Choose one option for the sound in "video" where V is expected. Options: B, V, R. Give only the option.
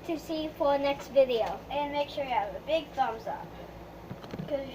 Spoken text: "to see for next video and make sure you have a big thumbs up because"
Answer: V